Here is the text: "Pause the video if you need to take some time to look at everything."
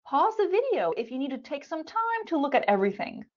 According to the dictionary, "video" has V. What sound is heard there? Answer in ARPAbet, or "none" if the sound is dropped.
V